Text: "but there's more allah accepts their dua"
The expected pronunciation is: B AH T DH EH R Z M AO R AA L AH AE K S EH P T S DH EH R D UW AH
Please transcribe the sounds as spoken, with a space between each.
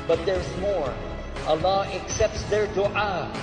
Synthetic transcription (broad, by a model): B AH T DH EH R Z M AO R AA L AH AE K S EH P T S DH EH R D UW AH